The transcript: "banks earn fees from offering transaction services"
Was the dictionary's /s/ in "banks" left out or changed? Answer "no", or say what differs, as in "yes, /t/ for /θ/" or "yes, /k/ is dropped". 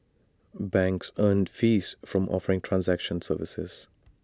no